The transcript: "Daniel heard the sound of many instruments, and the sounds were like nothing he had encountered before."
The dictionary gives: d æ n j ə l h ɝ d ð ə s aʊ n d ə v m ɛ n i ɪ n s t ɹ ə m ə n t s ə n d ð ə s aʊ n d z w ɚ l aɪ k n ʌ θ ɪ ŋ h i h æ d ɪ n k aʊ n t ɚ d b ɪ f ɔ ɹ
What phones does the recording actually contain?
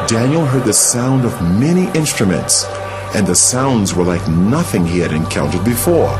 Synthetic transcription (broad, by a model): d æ n j l h ɝ d ð ə s aʊ n d ə v m ɛ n i ɪ n s t ɹ ə m ə n t s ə n ð ə s aʊ n d z w ɚ l aɪ k n ʌ θ ɪ ŋ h i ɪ d ɪ n k aʊ n t ɚ d b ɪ f ɔ ɹ